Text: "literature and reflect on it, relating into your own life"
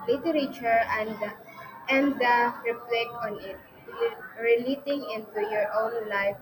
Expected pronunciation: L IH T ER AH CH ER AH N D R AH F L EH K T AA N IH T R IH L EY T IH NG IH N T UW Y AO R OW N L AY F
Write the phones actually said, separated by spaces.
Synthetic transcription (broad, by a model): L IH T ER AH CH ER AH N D R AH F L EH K AA N IH T R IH L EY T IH NG IH N T UW Y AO R OW N L AY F